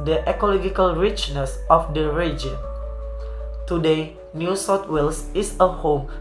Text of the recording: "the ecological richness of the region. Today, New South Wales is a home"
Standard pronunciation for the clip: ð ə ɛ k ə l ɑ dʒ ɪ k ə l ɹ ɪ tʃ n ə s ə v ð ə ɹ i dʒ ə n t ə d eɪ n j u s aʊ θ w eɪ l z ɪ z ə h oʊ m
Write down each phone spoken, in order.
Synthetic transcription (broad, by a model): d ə ɛ k ə l ɑ dʒ ɪ k ə l ɹ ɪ tʃ n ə s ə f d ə ɹ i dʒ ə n t ə d eɪ n j u s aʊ t w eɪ l s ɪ s ə h oʊ m